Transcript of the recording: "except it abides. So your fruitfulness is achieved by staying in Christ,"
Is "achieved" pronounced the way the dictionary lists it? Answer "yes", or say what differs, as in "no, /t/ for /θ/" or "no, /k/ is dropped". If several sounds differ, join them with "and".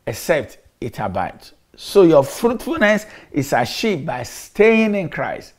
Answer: no, /ʃ/ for /tʃ/